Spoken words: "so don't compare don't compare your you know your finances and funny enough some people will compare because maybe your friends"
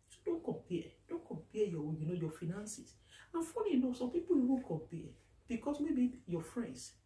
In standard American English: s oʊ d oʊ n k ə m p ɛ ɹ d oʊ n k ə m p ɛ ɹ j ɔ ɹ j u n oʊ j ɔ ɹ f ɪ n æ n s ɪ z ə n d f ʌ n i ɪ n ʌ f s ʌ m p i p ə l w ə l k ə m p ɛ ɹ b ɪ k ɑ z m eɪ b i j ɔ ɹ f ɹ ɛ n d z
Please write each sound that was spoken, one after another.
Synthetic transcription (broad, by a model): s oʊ d oʊ n k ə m p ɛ d oʊ n k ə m p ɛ j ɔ w j u n oʊ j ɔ f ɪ n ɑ n s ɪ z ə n f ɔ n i n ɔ s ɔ m p i p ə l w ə n k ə m p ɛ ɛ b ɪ k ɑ s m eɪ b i j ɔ f ɹ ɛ n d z